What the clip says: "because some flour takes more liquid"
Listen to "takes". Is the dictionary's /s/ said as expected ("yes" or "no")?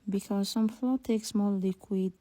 yes